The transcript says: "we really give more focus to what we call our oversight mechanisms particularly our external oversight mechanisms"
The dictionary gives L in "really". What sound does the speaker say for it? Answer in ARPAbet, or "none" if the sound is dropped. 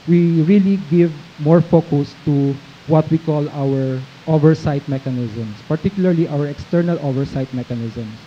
L